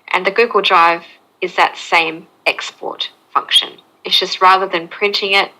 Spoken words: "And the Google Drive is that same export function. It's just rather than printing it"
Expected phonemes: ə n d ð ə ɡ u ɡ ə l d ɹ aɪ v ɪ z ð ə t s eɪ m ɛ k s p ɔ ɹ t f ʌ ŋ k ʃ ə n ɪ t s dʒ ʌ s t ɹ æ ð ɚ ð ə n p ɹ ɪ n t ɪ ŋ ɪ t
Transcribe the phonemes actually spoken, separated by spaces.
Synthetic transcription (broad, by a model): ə n ð ə ɡ u ɡ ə l d ɹ aɪ v ɪ z ð ə t s eɪ m ɛ k s p ɔ ɹ t f ʌ ŋ k ʃ ə n ɪ t s dʒ ʌ s t ɹ æ ð ɚ ð ə n p ɹ ɪ n t ɪ ŋ ɪ t